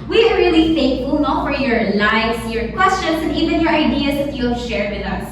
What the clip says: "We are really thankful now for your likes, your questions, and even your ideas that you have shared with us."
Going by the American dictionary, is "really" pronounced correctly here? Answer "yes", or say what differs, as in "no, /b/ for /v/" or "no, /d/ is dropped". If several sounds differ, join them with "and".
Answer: yes